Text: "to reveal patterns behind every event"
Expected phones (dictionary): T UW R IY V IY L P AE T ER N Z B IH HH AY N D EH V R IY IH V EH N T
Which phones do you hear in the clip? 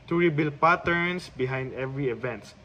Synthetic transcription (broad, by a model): T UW R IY B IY L P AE T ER N S B IH HH AY N D EH V R IY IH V EH N T